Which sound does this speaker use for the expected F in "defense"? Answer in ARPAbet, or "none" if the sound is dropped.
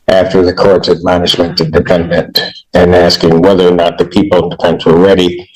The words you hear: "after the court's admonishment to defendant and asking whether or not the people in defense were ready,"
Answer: P